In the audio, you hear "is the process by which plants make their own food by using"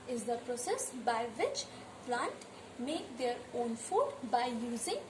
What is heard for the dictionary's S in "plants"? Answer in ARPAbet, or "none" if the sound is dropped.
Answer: none